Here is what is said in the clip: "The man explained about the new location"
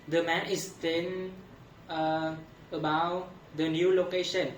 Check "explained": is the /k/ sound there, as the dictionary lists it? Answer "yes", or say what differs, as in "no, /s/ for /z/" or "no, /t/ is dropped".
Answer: no, /k/ is dropped